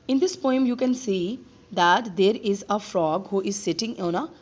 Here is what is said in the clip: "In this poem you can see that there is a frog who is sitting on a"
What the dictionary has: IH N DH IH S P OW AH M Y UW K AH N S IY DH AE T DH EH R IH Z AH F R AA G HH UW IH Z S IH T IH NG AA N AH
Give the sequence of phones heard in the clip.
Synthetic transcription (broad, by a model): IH N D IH S P OW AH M Y UW K AH N S IY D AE T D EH R IH Z AH F R AA G HH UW IH Z S IH T IH NG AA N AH